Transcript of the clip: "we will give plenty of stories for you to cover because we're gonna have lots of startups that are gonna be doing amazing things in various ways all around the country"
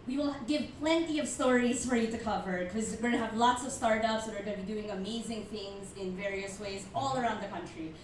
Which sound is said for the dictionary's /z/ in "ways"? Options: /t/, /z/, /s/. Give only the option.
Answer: /z/